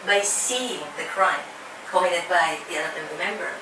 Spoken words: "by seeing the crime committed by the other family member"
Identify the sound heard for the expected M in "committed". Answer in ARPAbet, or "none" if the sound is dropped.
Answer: none